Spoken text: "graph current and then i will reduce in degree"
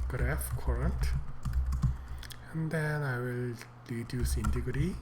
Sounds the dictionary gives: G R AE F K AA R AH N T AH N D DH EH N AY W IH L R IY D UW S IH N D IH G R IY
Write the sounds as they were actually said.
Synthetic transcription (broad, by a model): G R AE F K AA R AH N T AH N D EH N AY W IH L L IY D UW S IH N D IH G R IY